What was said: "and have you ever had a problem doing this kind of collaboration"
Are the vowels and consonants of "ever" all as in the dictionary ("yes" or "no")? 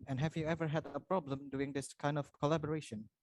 yes